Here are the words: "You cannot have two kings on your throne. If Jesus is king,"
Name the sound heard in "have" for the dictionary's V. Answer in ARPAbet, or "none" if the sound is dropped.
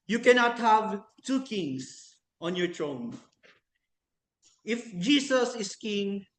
V